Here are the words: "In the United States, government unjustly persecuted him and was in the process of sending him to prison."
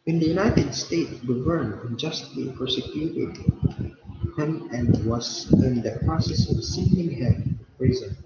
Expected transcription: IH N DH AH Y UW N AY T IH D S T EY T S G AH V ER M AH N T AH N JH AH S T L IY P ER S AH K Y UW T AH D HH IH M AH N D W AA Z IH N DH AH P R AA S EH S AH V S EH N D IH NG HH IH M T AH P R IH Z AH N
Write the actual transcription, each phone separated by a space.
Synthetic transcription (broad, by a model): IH N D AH Y UW N AY T IH D S T EY T S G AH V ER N AH N JH AH S T L IY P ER S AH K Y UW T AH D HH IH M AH N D W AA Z IH N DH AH P R AA S EH S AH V S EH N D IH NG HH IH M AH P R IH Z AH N